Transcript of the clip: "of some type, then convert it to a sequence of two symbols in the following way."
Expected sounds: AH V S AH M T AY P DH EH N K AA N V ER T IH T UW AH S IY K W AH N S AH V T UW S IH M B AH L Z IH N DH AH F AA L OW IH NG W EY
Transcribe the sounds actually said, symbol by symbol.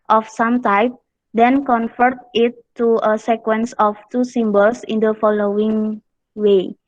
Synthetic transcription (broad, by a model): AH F S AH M T AY P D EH N K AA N F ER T IH T UW AH S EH K W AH N S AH F T UW S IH M B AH L S IH N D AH F AA L OW IH NG W EY